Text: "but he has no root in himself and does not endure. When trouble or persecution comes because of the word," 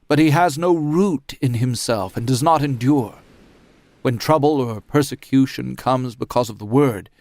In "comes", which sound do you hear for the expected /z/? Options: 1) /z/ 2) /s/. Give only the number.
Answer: 1